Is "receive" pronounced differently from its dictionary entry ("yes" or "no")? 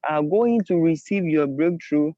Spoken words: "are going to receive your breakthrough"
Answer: no